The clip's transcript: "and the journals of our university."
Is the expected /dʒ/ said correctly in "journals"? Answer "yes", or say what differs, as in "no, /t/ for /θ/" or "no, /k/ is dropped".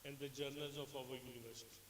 yes